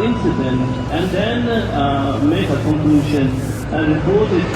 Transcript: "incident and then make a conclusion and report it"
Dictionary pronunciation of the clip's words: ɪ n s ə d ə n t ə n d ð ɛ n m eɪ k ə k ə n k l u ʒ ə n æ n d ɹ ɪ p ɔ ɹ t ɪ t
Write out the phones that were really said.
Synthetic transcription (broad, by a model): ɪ n s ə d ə n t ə n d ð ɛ n m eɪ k ə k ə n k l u ʃ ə n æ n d ɹ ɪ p ɔ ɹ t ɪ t